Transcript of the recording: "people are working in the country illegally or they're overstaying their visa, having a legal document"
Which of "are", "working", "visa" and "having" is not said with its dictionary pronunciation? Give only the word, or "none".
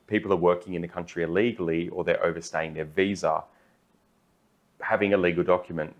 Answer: none